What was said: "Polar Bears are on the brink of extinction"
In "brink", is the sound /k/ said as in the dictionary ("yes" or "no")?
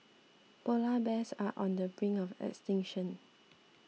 no